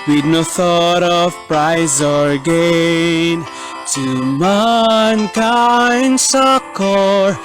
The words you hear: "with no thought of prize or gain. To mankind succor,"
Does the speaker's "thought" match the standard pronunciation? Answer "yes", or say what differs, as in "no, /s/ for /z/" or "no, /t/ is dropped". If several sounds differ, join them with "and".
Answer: yes